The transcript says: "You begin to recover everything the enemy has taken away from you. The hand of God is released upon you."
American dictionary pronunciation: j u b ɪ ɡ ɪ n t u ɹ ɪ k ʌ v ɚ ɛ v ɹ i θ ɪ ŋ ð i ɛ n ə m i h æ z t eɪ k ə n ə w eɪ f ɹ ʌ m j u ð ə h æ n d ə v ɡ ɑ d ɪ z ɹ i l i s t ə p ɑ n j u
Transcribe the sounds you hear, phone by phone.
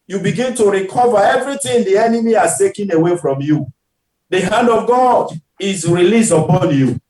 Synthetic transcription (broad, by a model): j u b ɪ ɡ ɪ n t u ɹ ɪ k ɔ v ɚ ɛ v ɹ i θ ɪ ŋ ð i ɛ n ə m i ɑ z t eɪ k ə n ə w eɪ f ɹ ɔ m j u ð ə h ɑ n d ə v ɡ ɑ d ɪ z ɹ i l i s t ə p ɑ n j u